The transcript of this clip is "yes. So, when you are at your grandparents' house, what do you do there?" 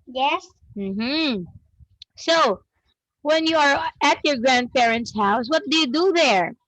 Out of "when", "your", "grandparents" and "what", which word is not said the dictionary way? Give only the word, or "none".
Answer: none